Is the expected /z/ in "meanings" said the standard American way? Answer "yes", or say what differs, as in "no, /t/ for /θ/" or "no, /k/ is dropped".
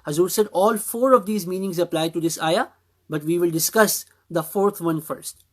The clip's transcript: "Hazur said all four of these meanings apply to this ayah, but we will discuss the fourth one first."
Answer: yes